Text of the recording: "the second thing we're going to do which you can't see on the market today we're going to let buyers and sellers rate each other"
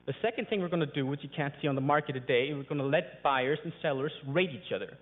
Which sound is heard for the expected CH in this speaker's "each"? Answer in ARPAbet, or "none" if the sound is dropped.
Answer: CH